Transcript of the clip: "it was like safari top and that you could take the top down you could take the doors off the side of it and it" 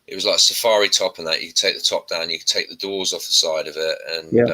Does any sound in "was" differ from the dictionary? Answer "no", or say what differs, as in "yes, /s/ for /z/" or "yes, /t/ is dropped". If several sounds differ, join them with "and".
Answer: no